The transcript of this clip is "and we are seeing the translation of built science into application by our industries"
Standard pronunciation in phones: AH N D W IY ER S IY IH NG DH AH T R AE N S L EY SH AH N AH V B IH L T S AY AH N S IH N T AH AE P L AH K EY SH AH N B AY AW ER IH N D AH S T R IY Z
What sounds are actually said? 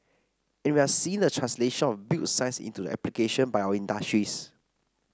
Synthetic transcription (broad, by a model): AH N W IY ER S IY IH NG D AH T R AE N S L EY SH AH N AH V B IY T S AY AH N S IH N T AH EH P L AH K EY SH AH N B AY AW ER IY N D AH S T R IY S